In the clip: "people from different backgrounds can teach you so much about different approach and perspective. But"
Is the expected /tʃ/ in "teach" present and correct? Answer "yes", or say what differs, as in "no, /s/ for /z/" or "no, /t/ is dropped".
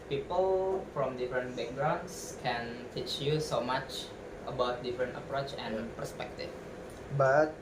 yes